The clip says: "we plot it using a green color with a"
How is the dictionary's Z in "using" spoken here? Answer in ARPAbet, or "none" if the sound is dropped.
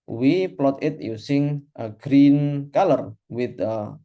S